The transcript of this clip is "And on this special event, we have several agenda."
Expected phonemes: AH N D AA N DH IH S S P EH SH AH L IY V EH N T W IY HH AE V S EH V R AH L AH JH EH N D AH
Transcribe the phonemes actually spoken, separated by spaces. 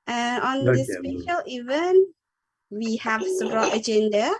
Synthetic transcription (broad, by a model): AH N AA N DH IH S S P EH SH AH L IY V EH N T W IY HH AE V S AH B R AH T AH JH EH N D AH